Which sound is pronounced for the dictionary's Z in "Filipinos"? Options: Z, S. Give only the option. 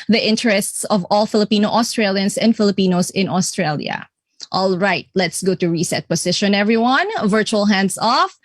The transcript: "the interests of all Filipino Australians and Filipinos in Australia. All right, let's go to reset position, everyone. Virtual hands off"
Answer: S